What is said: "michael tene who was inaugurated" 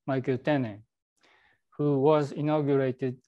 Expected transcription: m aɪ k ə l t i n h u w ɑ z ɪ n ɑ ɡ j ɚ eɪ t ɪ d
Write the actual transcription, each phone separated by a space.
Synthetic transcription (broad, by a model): m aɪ k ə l t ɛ n h u w ɑ z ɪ n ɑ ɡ j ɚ eɪ t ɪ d